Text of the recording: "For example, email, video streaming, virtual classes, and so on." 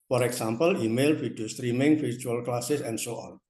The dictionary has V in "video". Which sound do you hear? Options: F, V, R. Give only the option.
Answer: F